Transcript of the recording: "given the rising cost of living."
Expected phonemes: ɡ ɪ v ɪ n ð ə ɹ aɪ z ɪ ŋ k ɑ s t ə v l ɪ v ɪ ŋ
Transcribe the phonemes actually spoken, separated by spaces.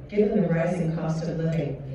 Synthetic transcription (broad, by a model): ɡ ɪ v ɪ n ð ə ɹ aɪ z ɪ ŋ k ɑ s t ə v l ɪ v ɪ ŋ